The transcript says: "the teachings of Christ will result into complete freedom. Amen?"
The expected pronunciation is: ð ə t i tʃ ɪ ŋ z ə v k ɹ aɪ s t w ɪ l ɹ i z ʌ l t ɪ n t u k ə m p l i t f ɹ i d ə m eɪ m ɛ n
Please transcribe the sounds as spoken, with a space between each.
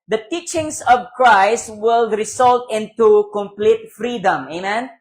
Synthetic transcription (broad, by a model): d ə t i tʃ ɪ ŋ s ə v k ɹ aɪ s t w ɪ l ɹ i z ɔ l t ɪ n t u k ə m p l i t f ɹ i d ə m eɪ m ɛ n